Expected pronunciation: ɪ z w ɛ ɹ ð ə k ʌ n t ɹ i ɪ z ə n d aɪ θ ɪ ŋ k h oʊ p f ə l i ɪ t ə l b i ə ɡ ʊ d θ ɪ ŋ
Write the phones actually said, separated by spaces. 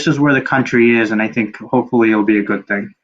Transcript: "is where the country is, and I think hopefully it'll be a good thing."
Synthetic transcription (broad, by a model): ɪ z w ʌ ɹ ð ə k ʌ n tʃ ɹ i ɪ z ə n aɪ θ ɪ ŋ k h oʊ p f l i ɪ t l b i ə ɡ ʊ d θ ɪ ŋ